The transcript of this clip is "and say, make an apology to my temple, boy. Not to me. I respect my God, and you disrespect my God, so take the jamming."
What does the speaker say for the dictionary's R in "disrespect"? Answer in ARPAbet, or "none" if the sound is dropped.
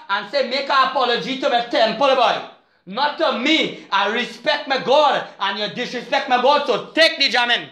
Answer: R